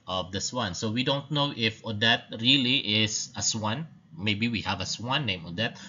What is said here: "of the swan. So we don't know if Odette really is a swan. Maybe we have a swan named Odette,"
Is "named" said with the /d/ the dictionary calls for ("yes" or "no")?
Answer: no